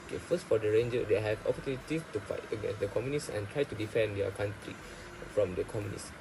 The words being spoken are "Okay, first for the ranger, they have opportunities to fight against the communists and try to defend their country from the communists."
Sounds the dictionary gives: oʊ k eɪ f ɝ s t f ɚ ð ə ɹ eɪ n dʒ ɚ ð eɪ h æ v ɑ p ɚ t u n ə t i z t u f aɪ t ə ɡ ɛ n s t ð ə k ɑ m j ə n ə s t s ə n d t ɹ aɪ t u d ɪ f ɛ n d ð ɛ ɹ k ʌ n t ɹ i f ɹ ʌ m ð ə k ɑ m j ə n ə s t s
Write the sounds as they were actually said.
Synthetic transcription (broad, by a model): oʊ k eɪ f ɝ s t f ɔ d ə ɹ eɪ n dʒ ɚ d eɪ h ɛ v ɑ p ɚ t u n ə t i t u f aɪ t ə ɡ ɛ n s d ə k ɑ m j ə n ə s s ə n t ɹ aɪ t u d ɪ f ɛ n d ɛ k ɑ n t ɹ i f ɹ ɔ m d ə k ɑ m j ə n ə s s